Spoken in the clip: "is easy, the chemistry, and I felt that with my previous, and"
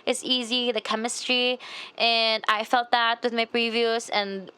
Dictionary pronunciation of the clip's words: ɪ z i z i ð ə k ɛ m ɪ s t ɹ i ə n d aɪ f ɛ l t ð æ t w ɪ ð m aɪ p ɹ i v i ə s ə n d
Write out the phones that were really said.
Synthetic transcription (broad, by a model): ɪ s i z i ð ə k ɛ m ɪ s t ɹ i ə n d aɪ f ɛ l t ð æ t w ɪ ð m aɪ p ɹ i v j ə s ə n